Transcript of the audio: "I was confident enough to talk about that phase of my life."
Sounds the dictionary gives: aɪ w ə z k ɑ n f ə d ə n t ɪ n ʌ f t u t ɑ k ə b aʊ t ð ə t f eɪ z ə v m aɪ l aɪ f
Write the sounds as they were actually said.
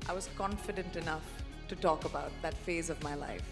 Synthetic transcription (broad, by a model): aɪ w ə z k ɑ n f ə d ə n t ɪ n ʌ f t u t ɑ k ə b aʊ t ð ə t f eɪ z ə v m aɪ l aɪ f